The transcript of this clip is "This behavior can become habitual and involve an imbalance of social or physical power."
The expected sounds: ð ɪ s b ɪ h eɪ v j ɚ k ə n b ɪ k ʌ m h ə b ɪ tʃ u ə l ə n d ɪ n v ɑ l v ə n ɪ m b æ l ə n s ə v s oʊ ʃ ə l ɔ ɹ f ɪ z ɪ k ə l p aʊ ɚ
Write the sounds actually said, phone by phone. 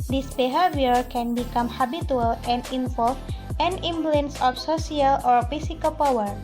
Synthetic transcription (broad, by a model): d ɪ s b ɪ h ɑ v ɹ k ə n b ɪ k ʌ m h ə b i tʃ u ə l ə n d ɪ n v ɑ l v ə n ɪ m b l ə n s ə f s oʊ s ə l ɔ ɹ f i s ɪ k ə l p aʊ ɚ